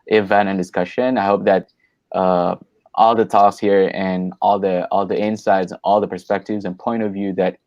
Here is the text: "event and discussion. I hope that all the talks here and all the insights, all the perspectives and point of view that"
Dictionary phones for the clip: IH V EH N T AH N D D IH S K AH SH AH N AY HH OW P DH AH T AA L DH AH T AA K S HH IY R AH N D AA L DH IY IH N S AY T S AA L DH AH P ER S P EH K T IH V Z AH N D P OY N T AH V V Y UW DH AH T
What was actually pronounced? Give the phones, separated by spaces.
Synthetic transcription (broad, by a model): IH V EH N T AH N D D IH S K AH SH AH N AY HH OW P DH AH T AA L DH AH T AA K S HH IY R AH N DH AA L DH IY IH N S AY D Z AA L DH AH P ER S P EH K T IH V Z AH N P OY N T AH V V Y UW DH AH T